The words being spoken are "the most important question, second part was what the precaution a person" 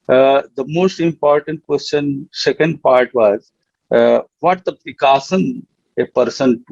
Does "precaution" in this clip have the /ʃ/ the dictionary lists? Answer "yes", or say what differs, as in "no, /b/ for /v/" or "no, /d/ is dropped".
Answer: no, /s/ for /ʃ/